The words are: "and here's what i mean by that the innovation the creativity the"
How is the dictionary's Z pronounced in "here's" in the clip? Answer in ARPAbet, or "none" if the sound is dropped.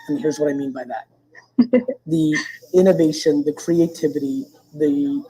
Z